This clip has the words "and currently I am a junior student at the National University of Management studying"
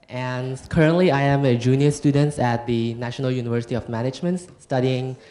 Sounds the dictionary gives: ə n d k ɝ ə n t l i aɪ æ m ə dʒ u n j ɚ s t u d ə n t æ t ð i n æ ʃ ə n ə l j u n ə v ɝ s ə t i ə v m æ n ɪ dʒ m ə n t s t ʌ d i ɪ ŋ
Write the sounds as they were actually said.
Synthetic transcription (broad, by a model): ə n k ɝ ə n t l i aɪ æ m ə dʒ u n j ɚ s t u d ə n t æ t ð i n æ ʃ ə n ə l j u n ə v ɝ s ə t i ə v m æ n ɪ dʒ m ə n t s t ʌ d i ɪ ŋ